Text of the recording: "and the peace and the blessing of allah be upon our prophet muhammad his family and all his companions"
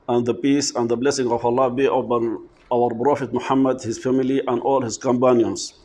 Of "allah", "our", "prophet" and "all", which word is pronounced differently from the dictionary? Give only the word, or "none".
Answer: prophet